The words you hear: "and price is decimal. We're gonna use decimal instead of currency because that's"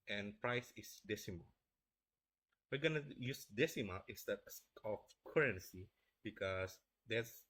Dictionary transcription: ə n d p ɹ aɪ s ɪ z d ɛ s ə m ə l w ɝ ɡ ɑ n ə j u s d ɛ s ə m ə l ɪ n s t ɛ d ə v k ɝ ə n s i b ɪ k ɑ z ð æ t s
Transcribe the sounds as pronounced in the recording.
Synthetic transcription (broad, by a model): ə n p ɹ aɪ s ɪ s d ɛ s ə m ə l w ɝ ɡ ɑ n ə j u s d ɛ s ə m ə l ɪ s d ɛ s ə f k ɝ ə n s i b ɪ k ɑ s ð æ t s